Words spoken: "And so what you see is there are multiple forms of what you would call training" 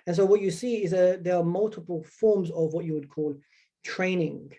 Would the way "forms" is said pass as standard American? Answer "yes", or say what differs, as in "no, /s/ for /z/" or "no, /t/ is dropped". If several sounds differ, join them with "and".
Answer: yes